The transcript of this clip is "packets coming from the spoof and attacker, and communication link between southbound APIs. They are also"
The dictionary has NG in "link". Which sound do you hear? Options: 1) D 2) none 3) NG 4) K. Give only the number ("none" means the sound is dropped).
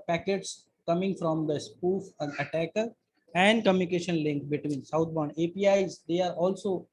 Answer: 3